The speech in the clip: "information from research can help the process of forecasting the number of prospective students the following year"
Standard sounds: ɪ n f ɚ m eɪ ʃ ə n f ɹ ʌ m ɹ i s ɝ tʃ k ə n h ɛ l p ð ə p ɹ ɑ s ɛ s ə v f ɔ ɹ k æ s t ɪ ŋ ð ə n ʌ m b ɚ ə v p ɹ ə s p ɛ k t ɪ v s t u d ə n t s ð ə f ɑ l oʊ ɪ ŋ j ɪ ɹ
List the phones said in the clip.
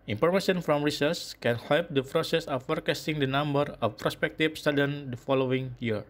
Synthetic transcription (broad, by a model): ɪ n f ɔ m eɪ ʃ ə n f ɹ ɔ m ɹ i s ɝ s k ə n h ɛ l p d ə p ɹ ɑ s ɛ s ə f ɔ ɹ k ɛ s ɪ ŋ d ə n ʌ m b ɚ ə f p ɹ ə s p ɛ k t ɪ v s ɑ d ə n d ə f ɑ l oʊ ɪ ŋ j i ɹ